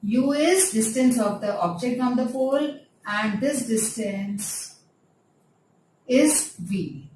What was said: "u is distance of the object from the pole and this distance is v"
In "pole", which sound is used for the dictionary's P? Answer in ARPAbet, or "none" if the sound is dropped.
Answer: F